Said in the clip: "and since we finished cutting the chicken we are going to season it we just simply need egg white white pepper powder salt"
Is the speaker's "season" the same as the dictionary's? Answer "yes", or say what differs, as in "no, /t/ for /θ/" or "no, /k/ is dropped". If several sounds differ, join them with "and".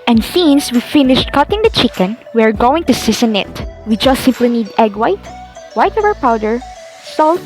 no, /s/ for /z/